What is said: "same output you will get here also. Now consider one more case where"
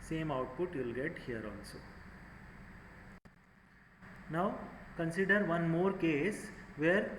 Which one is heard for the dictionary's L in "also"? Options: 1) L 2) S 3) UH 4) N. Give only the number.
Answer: 4